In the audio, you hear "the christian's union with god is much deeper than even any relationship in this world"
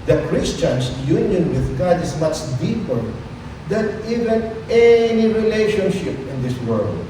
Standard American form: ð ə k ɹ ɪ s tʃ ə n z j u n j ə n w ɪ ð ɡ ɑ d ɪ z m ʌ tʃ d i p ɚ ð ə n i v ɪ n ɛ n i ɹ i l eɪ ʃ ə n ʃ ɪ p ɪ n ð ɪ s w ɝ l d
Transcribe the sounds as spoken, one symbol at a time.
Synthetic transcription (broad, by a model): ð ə k ɹ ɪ s tʃ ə n s j u n j ə n w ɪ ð ɡ ɑ d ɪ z m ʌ tʃ d i p ɚ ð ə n i v ɪ n ɛ n i ɹ i l eɪ ʃ ə n ʃ ɪ p ɪ n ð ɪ s w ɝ l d